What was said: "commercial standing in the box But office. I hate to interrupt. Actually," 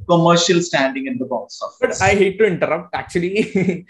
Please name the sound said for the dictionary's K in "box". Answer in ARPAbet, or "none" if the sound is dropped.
none